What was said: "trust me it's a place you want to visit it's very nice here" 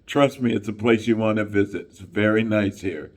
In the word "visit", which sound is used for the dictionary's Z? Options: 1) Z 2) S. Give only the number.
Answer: 1